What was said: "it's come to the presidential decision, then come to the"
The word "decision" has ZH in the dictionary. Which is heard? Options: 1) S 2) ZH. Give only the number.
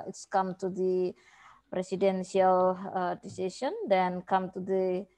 1